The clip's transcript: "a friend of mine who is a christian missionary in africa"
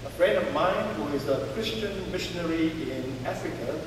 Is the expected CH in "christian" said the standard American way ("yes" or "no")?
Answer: yes